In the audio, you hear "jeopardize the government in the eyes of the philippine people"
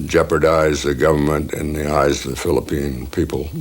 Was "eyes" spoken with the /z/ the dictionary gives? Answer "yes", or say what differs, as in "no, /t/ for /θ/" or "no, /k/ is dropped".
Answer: yes